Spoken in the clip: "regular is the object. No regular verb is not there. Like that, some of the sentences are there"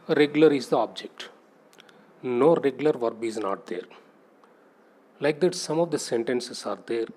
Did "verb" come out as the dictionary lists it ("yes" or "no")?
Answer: yes